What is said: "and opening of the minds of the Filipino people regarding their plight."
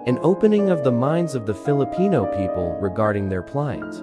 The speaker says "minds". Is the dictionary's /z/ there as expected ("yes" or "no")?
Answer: yes